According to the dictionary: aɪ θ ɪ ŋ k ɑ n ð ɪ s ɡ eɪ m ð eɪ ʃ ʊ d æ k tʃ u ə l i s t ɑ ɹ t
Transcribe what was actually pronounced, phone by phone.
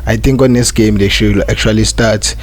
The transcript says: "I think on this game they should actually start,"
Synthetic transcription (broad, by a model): aɪ t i ŋ k ɑ n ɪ s ɡ eɪ m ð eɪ ʃ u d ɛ k tʃ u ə l i s t ɑ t